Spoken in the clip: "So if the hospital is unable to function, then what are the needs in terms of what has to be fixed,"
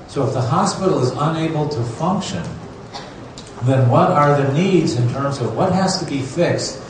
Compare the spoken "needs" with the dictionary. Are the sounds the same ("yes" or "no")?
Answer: yes